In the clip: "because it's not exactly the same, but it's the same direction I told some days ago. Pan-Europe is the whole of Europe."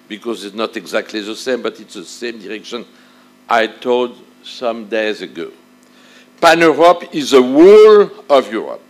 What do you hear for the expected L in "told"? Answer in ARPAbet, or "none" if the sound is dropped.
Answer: L